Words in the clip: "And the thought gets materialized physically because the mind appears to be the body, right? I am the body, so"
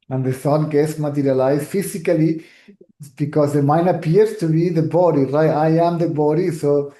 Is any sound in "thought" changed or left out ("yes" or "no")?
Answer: yes